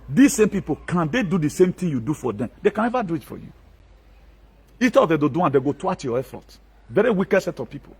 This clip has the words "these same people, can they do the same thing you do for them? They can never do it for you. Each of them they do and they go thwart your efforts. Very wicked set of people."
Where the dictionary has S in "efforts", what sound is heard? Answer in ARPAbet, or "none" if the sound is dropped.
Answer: none